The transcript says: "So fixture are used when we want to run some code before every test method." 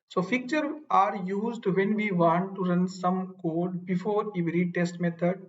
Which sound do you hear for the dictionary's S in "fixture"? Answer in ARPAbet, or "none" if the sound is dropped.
none